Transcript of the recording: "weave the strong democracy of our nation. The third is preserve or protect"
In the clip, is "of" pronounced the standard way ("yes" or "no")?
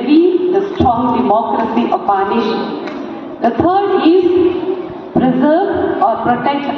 no